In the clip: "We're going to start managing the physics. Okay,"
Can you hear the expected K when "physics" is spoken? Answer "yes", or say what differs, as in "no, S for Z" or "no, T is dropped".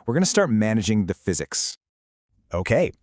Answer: yes